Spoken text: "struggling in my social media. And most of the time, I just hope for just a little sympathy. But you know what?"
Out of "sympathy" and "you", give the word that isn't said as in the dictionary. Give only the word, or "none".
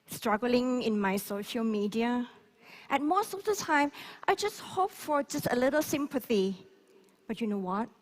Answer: none